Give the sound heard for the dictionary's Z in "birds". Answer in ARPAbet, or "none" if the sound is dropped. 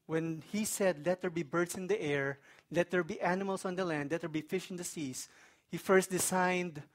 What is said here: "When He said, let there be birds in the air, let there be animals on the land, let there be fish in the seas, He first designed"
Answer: S